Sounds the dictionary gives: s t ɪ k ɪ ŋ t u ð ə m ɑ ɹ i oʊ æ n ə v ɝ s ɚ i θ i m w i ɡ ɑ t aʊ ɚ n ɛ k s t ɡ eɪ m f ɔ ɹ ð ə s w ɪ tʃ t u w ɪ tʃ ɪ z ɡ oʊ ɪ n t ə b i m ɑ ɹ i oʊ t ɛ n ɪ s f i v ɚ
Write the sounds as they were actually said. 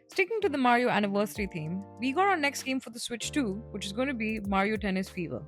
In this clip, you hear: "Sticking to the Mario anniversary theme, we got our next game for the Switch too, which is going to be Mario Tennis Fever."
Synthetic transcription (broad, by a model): s t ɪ k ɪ ŋ t u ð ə m ɑ ɹ i oʊ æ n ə v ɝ s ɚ i t i m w i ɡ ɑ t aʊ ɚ n ɛ k s t ɡ eɪ m f ɔ ɹ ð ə s w ɪ tʃ t u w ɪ tʃ ɪ z ɡ oʊ ɪ n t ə b i m ɑ ɹ i oʊ t ɛ n ɪ s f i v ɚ